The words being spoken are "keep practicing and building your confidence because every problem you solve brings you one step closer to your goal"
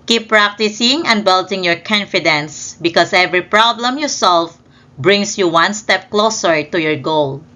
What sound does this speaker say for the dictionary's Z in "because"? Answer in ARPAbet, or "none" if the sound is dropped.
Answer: S